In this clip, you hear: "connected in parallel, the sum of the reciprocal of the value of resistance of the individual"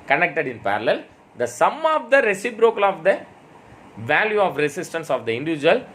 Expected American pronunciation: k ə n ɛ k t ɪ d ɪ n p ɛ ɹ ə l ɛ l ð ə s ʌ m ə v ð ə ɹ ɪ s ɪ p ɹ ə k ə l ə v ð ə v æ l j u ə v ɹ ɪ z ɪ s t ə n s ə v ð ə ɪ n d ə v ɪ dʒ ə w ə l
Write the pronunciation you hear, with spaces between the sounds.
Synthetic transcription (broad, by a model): k ə n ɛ k t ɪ d ɪ n p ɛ ɹ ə l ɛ l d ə s ʌ m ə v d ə ɹ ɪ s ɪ b ɹ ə k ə l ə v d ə v æ l j u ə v ɹ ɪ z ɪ s t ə n s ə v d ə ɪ n d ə v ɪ dʒ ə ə l